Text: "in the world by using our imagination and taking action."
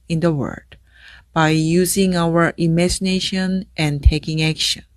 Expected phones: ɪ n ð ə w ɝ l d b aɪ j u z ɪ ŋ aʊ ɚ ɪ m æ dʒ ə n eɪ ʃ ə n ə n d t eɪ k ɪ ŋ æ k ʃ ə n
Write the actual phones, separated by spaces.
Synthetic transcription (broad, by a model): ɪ n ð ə w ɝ d b aɪ j u z ɪ ŋ aʊ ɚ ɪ m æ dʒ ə n eɪ ʃ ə n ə n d t eɪ k ɪ ŋ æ k ʃ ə n